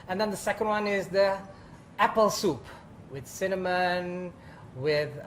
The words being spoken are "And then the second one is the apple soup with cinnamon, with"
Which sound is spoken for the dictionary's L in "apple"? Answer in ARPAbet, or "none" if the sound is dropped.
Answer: L